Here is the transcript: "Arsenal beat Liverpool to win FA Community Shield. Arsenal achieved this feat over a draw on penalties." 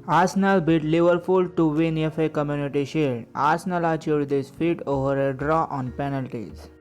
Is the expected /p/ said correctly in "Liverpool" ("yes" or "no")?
no